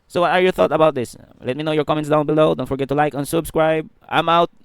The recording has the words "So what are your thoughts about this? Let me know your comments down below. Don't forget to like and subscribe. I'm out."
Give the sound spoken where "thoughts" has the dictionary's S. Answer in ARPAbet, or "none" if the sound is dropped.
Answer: none